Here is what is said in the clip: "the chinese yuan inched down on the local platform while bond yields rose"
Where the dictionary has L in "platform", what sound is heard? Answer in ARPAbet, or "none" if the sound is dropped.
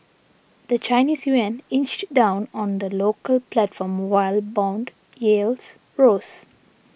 L